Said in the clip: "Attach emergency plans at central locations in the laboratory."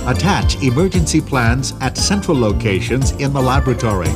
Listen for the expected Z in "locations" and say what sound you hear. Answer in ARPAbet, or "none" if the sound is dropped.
Z